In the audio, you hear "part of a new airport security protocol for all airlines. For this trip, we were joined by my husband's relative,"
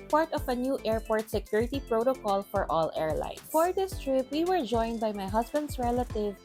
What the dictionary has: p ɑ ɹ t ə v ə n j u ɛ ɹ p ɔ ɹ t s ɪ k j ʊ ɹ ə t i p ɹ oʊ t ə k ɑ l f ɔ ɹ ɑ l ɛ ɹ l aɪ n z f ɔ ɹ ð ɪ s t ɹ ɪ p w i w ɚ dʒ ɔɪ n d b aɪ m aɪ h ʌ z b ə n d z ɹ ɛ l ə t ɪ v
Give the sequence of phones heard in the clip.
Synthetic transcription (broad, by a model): p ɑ ɹ t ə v ə n j u ɛ ɹ p ɔ ɹ t s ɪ k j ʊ ɹ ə t i p ɹ oʊ t ə k ɑ l f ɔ ɹ ɑ l ɛ ɹ l aɪ n f ɔ ɹ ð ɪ s t ɹ ɪ p w i w ɚ dʒ ɔɪ n d b aɪ m aɪ h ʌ s b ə n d s ɹ ɛ l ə t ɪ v